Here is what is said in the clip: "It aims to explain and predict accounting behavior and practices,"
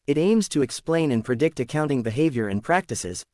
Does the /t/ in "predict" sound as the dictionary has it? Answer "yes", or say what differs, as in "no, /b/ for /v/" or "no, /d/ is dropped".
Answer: yes